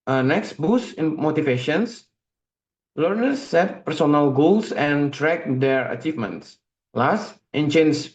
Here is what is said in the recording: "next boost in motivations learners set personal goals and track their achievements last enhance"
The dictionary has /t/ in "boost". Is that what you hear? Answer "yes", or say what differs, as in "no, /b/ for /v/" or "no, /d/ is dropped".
no, /t/ is dropped